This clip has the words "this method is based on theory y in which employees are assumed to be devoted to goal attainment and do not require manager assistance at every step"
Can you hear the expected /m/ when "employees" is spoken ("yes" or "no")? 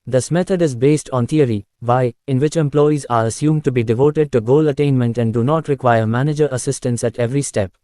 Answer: yes